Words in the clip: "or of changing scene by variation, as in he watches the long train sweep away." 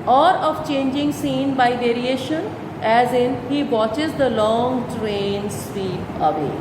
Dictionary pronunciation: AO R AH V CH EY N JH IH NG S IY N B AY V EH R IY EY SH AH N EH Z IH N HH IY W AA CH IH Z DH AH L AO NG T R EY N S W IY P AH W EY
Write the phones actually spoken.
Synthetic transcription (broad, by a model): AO R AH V CH EY N JH IH NG S IY N B AY V EH R IY EY SH AH N EH Z IH N HH IY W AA CH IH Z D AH L AO NG T R EY N S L IY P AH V EY